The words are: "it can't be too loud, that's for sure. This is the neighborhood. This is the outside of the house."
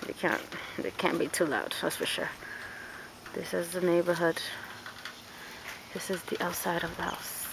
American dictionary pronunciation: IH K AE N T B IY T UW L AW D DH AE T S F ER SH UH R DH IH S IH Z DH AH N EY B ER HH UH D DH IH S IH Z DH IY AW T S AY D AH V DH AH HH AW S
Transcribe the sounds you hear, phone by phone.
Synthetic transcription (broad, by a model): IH K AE N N B IY T UW L AW D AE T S F ER SH UH R DH IH S IH Z DH AH N EY B ER HH UH D DH IH S IH Z DH IY AW T S AY D AH V DH AH HH AW S